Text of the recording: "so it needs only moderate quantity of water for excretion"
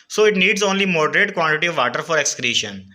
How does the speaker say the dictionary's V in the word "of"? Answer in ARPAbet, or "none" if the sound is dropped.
V